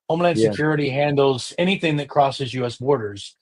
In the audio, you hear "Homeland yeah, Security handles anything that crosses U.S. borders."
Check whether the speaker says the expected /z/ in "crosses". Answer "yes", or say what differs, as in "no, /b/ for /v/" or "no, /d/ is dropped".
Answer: yes